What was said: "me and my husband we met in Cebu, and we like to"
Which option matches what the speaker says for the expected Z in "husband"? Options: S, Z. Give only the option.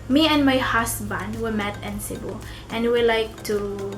S